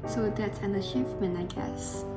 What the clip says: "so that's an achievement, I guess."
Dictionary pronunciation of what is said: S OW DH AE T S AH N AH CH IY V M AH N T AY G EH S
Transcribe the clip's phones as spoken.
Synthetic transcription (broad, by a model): S OW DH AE T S AH N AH SH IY F M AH N AY G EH S